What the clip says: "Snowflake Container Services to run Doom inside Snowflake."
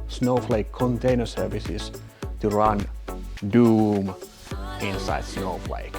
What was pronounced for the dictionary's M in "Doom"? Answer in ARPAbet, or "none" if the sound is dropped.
M